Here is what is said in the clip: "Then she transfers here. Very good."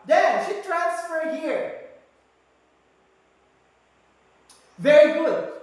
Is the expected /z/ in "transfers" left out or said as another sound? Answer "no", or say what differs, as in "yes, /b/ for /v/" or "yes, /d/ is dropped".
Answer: yes, /z/ is dropped